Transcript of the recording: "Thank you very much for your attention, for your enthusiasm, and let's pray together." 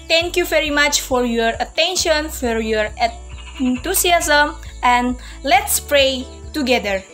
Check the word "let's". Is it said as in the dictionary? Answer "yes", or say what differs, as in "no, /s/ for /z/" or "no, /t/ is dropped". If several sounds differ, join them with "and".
yes